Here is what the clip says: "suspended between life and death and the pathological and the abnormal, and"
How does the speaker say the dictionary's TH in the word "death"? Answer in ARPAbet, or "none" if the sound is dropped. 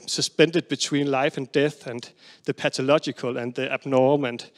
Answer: TH